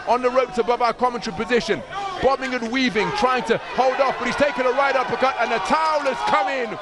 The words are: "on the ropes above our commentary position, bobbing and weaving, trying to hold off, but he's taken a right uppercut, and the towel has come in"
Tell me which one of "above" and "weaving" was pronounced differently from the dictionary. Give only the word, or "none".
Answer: none